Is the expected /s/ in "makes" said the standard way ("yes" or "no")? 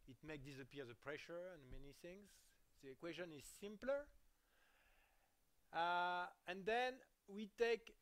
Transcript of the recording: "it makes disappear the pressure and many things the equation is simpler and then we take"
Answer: no